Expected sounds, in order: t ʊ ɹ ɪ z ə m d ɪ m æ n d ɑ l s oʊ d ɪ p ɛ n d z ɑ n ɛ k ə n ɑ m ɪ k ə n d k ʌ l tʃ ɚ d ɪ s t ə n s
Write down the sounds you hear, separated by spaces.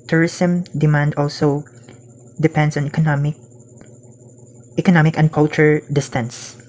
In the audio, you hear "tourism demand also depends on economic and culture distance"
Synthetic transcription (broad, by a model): t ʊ ɹ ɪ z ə m d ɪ m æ n d ɑ l s oʊ d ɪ p ɛ n d s ɑ n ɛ k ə n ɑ m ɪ k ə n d k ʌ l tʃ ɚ d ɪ s t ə n s